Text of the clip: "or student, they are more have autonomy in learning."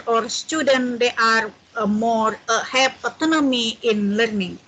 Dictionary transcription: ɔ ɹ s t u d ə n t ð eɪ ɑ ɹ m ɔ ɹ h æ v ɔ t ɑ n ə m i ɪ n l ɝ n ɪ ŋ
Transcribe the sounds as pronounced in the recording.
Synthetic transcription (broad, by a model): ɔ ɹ s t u d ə n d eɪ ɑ ɹ m ɔ ɹ h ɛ p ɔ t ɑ n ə m i ɪ n l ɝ n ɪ ŋ